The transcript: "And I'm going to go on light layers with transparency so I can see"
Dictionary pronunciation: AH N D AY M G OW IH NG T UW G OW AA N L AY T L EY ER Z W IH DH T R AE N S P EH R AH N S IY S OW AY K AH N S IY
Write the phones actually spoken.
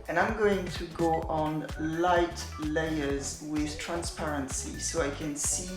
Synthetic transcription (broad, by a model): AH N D AY M G OW IH NG T UW G OW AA N L AY T L EY ER Z W IH DH T R AE N S P EH R AH N S IY S OW AY K AH N S IY